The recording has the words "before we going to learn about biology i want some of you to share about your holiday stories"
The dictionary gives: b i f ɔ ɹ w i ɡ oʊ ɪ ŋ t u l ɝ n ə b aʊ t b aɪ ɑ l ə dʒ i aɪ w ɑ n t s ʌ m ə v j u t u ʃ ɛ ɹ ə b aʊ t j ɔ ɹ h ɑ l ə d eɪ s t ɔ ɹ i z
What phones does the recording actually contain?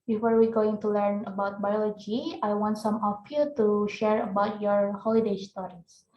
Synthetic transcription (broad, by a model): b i f ɔ ɹ w i ɡ oʊ ɪ ŋ t u l ɝ n ə b aʊ t b aɪ ɑ l ə dʒ i aɪ w ɑ n t s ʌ m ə f j u t u ʃ ɛ ɹ ə b aʊ t j ɔ ɹ h ɑ l ə d eɪ s t ɔ ɹ i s